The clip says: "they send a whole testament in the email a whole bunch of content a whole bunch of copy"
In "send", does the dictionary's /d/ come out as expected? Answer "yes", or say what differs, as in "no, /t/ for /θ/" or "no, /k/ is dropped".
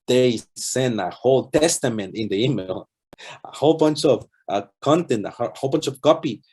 no, /d/ is dropped